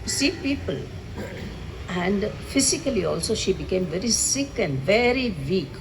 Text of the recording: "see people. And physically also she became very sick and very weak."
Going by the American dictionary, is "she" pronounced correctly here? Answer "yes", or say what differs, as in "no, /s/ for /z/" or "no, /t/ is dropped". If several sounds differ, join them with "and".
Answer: yes